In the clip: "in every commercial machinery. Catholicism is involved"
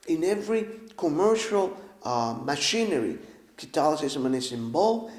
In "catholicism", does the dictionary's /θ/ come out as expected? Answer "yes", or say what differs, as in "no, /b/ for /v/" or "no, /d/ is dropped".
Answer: no, /t/ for /θ/